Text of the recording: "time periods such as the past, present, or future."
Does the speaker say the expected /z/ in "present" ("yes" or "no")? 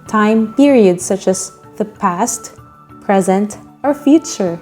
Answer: yes